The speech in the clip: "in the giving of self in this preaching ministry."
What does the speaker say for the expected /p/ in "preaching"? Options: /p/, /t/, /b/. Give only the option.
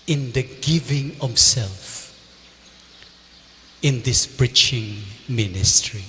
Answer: /b/